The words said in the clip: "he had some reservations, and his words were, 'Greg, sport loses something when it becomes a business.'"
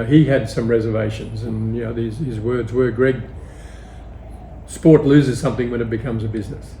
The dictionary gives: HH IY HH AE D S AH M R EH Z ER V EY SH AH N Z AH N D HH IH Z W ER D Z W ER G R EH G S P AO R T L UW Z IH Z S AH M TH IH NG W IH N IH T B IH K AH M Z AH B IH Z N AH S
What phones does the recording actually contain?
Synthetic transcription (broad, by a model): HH IY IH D S AH M R EH Z ER V EY SH AH N Z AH N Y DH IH Z W ER D Z W ER G R EH G S P AO R T L UW Z IH Z S AH M TH IH NG W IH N IH T B IH K AH M Z AH B IH Z N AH S